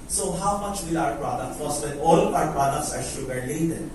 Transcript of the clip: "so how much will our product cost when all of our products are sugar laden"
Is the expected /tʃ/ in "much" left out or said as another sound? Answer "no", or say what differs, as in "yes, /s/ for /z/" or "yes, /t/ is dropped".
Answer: no